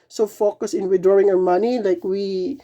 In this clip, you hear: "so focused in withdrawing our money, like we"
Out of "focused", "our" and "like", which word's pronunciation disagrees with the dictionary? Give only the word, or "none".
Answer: focused